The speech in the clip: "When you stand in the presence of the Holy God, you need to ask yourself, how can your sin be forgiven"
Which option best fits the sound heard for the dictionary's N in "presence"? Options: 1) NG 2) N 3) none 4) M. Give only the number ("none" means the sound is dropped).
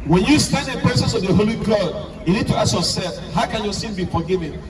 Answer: 3